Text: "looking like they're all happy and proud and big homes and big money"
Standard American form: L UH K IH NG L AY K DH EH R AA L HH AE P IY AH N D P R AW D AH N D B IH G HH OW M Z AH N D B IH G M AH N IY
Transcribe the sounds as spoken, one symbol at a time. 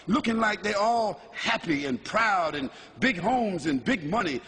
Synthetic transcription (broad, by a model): L UH K IH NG L AY K DH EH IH AA L HH AE P IY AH N P R AW D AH N B IH G HH OW M Z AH N B IH G M AH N IY